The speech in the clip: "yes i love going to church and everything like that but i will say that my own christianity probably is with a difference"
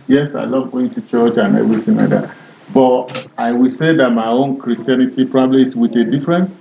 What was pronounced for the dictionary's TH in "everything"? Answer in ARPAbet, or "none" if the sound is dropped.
T